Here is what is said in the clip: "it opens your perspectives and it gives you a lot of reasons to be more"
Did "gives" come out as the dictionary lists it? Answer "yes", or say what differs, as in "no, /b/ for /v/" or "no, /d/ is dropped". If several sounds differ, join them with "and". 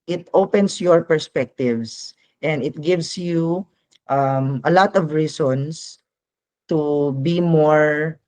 no, /s/ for /z/